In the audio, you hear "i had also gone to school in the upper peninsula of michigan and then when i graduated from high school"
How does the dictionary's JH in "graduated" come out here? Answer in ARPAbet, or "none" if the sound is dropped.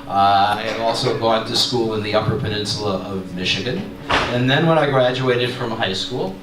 JH